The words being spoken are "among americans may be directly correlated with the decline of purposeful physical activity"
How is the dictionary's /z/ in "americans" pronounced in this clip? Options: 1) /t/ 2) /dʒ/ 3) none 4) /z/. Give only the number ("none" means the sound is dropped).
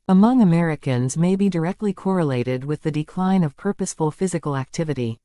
4